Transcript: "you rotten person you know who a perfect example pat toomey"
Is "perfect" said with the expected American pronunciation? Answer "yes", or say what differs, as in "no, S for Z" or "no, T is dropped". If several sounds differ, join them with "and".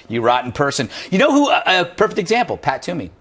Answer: yes